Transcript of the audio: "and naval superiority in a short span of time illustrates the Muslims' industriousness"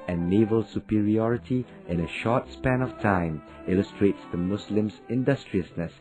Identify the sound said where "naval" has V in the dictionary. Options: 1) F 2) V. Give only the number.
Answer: 2